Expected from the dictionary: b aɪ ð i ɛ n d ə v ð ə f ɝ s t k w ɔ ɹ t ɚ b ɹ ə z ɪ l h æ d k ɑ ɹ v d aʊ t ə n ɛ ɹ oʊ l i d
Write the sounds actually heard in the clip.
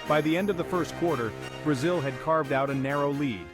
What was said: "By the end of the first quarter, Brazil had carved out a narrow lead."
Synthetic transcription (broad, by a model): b aɪ ð i ɛ n d ə v ð ə f ɝ s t k w ɔ ɹ t ɚ b ɹ ə z ɪ l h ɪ d k ɑ ɹ v d aʊ t ə n ɛ ɹ oʊ l i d